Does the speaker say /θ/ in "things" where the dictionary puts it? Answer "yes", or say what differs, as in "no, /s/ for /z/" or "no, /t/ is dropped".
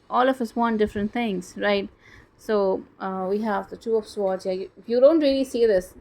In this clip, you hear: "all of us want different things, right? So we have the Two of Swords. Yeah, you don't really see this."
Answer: no, /t/ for /θ/